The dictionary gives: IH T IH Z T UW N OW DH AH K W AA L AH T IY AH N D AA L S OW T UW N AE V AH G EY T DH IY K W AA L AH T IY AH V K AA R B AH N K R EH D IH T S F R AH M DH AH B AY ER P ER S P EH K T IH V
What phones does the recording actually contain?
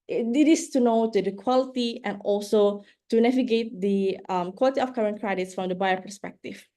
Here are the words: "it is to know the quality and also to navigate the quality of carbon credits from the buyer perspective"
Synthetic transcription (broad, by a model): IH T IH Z T UW N OW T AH K W AA L AH T IY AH N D AA L S OW T UW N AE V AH G EY T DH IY K W AA L AH T IY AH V K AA R AH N K R EH D IH T S F R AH M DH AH B AY ER P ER S P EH K T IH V